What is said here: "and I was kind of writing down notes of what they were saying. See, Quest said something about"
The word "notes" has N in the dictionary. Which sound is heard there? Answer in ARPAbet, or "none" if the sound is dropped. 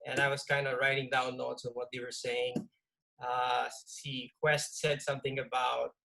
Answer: L